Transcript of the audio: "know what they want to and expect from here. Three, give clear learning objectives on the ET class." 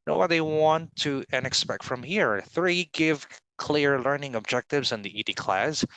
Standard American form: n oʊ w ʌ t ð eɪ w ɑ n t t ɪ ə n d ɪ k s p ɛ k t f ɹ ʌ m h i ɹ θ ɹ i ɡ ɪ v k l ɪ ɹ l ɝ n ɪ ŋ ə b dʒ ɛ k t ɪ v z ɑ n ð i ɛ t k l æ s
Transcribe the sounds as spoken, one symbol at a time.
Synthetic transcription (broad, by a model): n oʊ w ʌ t ð eɪ w ɑ n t t ɪ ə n ɪ k s p ɛ k t f ɹ ʌ m h i ɹ θ ɹ i ɡ ɪ v k l ɪ ɹ l ɝ n ɪ ŋ ə b dʒ ɛ k t ɪ v z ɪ n ð i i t k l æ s